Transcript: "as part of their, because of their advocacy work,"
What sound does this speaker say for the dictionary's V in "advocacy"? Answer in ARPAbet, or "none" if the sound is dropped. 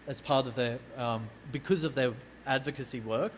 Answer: V